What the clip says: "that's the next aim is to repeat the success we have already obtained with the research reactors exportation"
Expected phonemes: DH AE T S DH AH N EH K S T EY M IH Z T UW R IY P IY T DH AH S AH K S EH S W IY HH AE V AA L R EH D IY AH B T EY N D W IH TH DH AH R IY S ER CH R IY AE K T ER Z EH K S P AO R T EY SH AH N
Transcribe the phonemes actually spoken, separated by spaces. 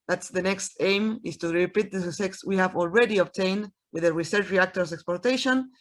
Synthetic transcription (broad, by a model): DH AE T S DH AH N EH K S T EY M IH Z T UW R IY P IY T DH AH S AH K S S W IY HH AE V AA L R EH D IY AH B T EY N D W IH DH AH R IY S ER CH R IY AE K T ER S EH K S P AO R T EY SH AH N